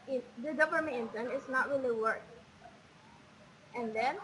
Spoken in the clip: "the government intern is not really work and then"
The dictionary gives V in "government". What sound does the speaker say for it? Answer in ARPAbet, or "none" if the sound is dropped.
P